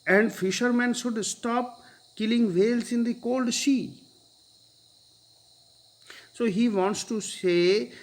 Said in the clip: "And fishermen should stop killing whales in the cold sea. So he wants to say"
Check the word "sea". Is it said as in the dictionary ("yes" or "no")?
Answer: no